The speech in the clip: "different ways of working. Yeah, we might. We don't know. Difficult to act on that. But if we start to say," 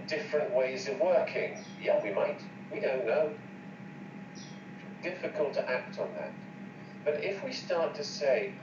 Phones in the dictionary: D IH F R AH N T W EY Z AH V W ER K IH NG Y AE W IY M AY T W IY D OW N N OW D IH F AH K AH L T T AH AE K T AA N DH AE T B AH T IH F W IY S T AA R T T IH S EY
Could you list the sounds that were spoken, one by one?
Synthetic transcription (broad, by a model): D IH F R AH N T W EY Z AH V W ER K IH NG Y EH W IY M AY T W IY D OW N N OW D IH F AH K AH L T T AE K T N DH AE T B AH T IH F W IY S T AA R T T IH S EY